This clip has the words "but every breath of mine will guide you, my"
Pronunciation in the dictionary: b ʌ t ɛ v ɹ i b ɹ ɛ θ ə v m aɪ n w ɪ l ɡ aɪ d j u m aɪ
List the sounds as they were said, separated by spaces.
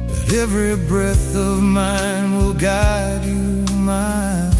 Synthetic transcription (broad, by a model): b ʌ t ɛ v ɹ i b ɹ ɛ θ ə v m aɪ n w ɪ l ɡ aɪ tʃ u m aɪ